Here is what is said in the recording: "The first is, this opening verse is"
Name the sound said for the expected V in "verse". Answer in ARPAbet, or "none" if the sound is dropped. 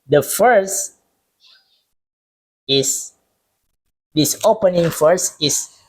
F